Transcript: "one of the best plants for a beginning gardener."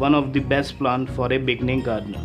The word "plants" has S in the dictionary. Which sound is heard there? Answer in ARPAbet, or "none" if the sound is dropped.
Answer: none